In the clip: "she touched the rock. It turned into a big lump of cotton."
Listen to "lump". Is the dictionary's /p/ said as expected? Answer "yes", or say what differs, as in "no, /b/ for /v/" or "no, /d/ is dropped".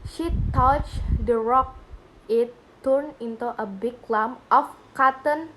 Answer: no, /p/ is dropped